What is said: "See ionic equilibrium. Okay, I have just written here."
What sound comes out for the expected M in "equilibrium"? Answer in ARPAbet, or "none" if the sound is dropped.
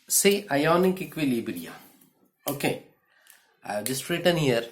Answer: none